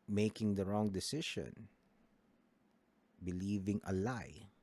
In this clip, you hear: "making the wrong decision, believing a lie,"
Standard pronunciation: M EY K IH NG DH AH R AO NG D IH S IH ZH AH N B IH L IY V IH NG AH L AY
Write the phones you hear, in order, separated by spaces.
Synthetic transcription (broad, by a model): M EY K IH NG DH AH R AO NG D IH S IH SH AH N B IH L IY V IH NG AH L AY